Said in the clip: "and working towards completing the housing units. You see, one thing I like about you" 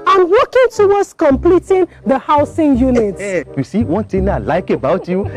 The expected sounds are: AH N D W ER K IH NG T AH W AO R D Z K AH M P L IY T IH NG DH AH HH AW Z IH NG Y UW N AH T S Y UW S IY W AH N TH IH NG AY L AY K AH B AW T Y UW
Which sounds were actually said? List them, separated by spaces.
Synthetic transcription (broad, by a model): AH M W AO K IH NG T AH W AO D S K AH M P L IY T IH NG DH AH HH AW S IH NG Y UW N AH T S Y UW S IY W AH N T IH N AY L AY K AH B AW T Y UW